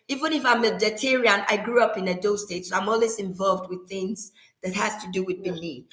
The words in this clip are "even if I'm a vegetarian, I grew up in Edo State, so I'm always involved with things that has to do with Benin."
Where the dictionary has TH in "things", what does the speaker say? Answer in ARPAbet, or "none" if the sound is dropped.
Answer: TH